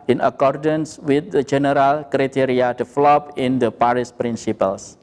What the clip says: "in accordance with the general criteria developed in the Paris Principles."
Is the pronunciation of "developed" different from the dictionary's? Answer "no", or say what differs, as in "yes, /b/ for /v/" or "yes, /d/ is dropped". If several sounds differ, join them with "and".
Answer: yes, /t/ is dropped